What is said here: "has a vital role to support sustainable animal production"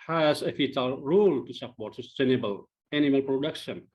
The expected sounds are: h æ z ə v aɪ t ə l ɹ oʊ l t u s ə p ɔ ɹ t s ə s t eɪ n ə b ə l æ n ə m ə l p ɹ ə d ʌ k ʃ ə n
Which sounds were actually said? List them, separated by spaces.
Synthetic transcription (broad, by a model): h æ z ə f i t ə l ɹ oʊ l t u s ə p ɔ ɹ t s ə s t eɪ n ə b ə l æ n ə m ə l p ɹ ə d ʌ k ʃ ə n